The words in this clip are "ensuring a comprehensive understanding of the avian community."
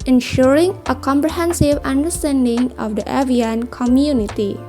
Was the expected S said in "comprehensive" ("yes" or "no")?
yes